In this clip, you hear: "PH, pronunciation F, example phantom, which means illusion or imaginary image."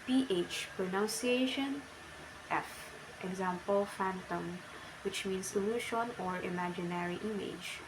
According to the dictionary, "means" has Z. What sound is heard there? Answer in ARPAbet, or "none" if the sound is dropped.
S